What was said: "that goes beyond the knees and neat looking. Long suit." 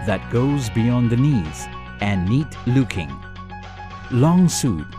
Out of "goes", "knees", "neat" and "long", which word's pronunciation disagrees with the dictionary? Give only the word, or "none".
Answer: none